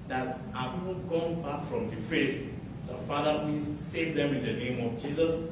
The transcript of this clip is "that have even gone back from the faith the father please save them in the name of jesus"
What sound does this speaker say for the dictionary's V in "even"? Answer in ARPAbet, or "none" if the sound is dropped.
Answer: P